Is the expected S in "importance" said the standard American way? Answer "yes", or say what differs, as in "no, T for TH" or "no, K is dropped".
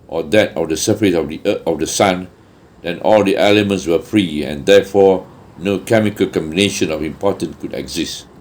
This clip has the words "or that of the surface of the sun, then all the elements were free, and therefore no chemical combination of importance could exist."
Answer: no, S is dropped